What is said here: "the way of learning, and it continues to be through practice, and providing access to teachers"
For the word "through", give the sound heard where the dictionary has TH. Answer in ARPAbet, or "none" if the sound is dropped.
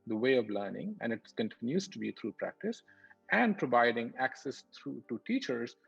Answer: T